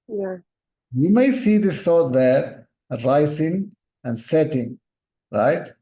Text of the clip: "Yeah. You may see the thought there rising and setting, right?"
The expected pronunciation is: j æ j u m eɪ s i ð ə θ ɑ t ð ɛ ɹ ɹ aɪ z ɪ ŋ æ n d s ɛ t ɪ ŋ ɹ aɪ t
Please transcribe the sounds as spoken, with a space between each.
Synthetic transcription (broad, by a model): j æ j u m eɪ s i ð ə s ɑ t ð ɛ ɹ ɹ aɪ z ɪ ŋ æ n d s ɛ t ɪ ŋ ɹ aɪ t